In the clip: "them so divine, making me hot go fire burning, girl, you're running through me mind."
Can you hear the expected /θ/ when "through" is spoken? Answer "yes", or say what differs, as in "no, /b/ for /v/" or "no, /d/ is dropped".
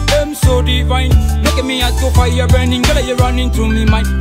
no, /t/ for /θ/